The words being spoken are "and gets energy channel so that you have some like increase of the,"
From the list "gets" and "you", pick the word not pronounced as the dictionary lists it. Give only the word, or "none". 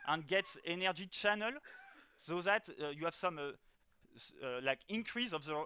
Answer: none